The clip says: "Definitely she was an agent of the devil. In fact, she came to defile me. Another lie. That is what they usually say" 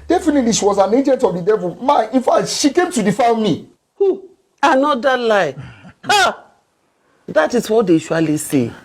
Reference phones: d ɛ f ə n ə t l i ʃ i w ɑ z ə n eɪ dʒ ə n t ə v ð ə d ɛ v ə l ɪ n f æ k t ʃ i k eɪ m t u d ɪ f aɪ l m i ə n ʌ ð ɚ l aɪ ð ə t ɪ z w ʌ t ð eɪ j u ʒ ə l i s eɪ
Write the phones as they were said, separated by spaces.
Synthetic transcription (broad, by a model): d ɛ f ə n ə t l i ʃ i w ɑ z ə n eɪ dʒ ə n t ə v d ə d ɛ v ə n ɪ n f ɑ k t ʃ i k eɪ m t u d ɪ f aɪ n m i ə n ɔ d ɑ l aɪ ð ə t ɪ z w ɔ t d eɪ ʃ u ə l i s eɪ